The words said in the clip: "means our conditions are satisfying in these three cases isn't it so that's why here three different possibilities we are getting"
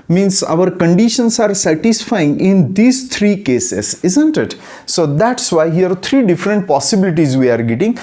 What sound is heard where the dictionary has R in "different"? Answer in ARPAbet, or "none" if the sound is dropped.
R